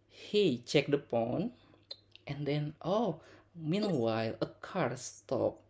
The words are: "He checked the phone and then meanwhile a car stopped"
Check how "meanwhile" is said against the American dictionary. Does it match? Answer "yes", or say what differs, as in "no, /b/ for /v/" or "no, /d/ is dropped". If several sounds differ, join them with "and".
yes